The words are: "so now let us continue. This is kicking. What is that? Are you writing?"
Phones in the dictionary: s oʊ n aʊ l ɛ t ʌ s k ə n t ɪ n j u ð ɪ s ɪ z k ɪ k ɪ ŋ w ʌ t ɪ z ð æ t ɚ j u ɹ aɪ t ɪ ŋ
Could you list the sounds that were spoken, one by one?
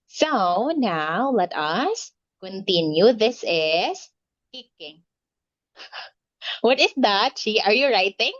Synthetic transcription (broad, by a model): s oʊ n aʊ l ɛ t ʌ s k ə n t ɪ n j u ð ɪ s ɪ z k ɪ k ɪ ŋ w ʌ t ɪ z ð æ t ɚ j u ɹ aɪ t ɪ ŋ